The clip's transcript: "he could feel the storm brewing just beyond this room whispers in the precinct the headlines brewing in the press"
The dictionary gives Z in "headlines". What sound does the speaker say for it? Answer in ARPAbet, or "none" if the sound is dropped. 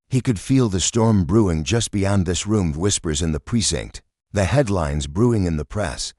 Z